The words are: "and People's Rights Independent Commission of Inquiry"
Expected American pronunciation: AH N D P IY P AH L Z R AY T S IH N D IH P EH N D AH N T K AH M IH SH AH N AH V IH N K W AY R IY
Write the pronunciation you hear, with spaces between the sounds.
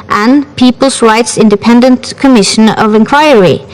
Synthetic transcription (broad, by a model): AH N P IY P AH L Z R AY T S IH N D IH P EH N D AH N T K AH M IH SH AH N AH V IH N K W AY R IY